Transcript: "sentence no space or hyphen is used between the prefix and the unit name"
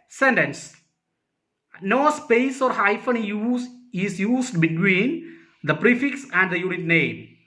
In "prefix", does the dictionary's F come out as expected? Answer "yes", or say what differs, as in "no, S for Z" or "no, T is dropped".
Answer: yes